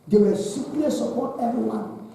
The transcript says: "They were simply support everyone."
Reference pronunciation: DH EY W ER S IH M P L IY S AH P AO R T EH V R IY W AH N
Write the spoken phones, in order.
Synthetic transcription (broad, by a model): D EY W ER S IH P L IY S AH P AO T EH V R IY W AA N